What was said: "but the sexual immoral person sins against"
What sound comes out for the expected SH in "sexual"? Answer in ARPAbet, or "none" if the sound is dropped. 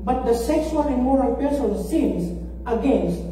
S